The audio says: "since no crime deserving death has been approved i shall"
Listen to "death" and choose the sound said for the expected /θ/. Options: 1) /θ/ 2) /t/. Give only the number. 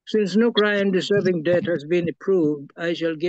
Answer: 2